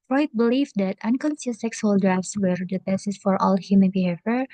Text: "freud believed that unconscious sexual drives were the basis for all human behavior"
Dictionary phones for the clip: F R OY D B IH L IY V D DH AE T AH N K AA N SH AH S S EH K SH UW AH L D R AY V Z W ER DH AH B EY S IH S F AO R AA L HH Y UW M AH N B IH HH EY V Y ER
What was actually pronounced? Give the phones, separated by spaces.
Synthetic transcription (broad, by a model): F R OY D B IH L IY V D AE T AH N K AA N S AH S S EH K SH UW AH L D R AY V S W ER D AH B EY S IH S F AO R AA L HH Y UW M AH N B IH HH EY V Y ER